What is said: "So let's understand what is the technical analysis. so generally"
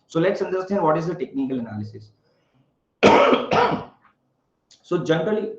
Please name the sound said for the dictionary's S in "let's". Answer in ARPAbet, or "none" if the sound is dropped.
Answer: S